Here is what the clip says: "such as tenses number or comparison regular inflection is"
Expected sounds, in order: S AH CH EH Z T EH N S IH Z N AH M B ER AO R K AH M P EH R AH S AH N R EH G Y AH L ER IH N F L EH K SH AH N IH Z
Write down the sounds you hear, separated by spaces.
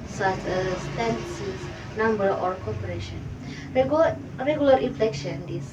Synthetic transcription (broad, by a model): S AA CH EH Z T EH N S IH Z N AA M B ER AO R K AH P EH R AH SH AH N R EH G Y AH L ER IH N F L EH K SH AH N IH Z